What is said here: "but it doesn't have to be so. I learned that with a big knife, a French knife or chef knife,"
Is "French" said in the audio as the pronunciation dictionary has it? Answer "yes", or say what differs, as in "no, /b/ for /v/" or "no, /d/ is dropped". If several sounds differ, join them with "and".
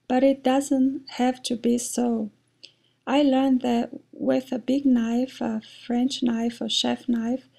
yes